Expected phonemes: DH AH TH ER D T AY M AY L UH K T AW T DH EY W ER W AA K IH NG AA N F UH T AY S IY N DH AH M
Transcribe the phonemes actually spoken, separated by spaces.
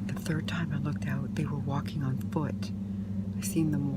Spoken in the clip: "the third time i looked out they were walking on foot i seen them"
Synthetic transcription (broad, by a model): DH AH TH ER D T AY M AY L UH K T AW T DH EY W ER W AA K IH NG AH N F UH T AY S IY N DH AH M